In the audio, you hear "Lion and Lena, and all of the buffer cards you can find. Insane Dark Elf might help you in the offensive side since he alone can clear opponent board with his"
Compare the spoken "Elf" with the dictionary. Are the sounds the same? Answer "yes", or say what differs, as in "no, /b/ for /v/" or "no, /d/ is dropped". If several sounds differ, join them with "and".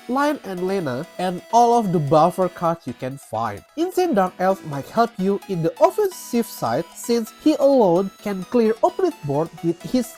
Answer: yes